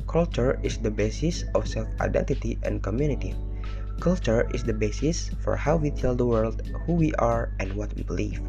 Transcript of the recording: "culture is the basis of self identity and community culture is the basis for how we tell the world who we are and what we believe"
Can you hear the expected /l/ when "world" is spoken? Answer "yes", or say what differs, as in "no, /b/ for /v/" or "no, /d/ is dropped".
yes